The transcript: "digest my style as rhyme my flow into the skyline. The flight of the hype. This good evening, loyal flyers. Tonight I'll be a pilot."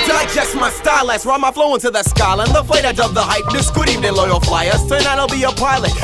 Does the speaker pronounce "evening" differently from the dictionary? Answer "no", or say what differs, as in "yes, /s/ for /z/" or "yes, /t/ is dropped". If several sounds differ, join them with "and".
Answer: yes, /n/ is dropped